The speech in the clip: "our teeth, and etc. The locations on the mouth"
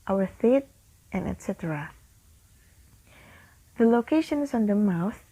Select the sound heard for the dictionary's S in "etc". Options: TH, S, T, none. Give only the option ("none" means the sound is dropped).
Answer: S